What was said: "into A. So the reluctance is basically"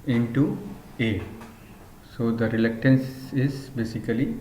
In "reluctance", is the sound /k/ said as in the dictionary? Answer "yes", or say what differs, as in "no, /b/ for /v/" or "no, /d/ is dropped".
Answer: yes